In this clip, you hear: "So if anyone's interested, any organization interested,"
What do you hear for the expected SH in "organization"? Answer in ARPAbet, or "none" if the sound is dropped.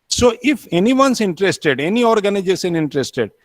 S